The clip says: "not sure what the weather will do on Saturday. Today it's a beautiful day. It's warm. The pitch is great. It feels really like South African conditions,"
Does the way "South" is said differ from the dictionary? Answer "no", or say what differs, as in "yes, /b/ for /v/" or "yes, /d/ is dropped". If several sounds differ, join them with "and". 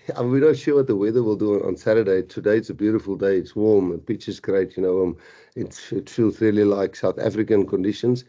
no